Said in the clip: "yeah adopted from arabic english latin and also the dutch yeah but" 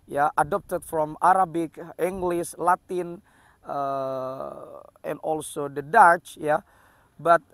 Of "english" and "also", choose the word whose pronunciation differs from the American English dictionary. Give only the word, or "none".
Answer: english